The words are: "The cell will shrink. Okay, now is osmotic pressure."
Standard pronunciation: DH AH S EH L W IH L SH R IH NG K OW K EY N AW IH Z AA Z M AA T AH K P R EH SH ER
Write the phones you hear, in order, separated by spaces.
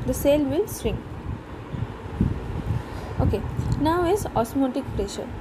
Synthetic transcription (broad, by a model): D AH S EH L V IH L S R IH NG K OW K EY N AW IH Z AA S M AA T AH K P R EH SH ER